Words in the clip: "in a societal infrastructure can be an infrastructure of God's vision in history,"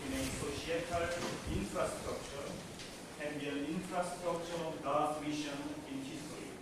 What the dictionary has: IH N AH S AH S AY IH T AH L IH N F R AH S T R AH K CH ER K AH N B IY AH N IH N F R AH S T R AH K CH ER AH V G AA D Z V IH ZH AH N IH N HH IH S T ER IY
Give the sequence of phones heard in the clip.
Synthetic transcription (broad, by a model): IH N AH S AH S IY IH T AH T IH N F R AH S T R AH K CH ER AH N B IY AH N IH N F R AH S T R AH K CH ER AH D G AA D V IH SH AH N IH N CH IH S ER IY